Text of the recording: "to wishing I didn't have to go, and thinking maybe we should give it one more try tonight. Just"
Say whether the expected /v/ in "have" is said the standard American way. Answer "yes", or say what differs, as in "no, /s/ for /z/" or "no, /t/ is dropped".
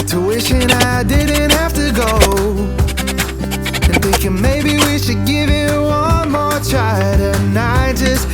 no, /f/ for /v/